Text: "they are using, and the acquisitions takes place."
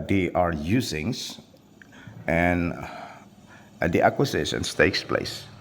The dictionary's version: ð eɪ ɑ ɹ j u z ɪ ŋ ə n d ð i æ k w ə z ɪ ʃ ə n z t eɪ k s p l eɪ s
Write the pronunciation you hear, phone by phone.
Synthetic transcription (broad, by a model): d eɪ ɑ ɹ j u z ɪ ŋ ə n d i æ k w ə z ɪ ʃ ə n s t eɪ k s p l eɪ s